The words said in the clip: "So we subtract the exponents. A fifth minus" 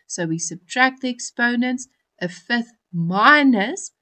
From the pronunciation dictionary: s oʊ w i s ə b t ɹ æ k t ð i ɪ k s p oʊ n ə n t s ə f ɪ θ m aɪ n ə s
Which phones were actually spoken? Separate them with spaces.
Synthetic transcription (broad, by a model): s oʊ w i s ə b t ɹ æ k t ð i ɪ k s p oʊ n ə n t s ə f ɪ θ m aɪ n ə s